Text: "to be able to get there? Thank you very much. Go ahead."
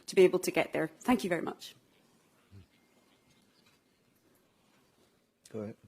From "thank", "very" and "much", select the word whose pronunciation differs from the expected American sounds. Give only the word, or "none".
none